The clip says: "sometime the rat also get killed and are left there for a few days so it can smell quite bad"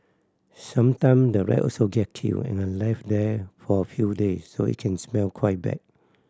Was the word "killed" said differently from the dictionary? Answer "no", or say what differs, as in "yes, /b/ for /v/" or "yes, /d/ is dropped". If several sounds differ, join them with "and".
yes, /d/ is dropped